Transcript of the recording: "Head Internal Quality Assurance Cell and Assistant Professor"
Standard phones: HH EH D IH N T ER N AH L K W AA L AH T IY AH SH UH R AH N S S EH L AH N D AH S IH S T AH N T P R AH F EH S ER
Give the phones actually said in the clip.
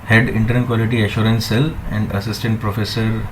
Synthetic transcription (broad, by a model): HH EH D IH N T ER AH N K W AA L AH T IY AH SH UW R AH N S S EH L AH N D AH S IH S T AH N T P R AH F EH S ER